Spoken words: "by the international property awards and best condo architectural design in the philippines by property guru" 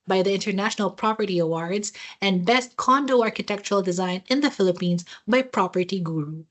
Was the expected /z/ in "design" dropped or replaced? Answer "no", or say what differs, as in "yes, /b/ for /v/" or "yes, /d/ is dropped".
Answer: no